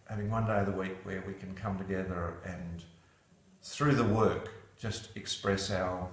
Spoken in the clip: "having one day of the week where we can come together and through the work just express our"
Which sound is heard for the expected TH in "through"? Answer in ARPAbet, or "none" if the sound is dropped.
TH